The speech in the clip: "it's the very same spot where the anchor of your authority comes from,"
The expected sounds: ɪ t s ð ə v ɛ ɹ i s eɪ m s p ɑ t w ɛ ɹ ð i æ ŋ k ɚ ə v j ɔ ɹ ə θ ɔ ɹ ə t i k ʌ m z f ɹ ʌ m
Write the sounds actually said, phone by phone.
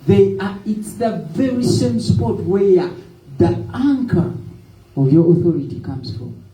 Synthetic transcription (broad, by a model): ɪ t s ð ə v ɛ ɹ i s eɪ m s p ɑ t w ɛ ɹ ð i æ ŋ k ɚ ə v j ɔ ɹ ə θ ɔ ɹ ə t i k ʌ m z f ɹ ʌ m